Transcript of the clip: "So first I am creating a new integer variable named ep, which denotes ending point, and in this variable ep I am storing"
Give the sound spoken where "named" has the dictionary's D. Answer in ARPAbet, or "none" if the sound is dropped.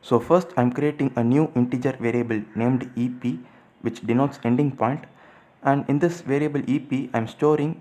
D